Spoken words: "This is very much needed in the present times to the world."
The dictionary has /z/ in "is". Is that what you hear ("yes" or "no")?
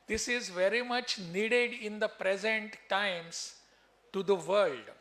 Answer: yes